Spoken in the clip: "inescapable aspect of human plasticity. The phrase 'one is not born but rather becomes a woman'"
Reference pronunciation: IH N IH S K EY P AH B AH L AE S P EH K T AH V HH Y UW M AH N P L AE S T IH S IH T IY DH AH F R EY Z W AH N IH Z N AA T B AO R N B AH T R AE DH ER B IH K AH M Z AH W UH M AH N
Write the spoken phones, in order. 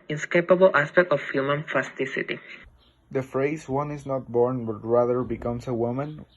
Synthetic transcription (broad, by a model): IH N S K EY P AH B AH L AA S P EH K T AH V HH Y UW M AH N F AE S T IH S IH T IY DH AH F R EY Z W AH N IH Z N AA T B AO R N B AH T R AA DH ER B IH K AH M S AH W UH M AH N